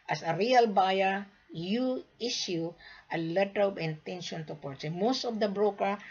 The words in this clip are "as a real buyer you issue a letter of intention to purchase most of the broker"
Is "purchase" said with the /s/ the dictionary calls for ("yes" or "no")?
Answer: no